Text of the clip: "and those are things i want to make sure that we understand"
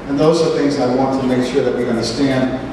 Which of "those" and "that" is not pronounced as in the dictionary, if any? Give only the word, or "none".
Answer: none